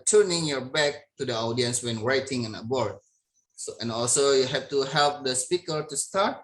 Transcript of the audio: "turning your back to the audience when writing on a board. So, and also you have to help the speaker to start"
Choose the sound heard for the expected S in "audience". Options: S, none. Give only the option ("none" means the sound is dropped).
S